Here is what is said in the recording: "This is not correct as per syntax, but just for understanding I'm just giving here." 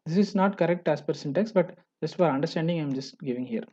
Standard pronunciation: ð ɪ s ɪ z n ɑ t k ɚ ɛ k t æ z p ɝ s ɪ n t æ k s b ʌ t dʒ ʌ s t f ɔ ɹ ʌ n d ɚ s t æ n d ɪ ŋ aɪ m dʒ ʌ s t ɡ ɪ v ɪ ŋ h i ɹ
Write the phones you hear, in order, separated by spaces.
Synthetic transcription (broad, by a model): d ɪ s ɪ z n ɑ t k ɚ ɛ k t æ s p ɝ s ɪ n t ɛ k s b ʌ t dʒ ʌ s t f ɔ ɹ ʌ n d ɚ s t æ n d ɪ ŋ aɪ m dʒ ʌ s t ɡ ɪ v ɪ ŋ h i ɹ